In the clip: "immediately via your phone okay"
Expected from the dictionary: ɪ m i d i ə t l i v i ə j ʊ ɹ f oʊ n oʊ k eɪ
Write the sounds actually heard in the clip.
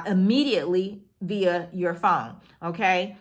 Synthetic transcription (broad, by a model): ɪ m i d i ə t l i v i ə j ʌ ɹ f oʊ n oʊ k eɪ